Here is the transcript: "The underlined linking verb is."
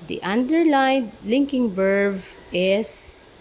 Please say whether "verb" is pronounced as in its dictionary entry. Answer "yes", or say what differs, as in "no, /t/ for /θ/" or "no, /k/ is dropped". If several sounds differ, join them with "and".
no, /b/ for /v/